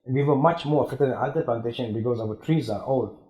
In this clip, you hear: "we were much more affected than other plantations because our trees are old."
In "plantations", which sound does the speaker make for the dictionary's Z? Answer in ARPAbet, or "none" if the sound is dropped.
none